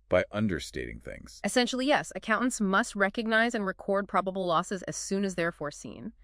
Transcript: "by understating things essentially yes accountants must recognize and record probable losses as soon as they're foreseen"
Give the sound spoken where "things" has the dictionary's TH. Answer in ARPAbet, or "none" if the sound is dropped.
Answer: TH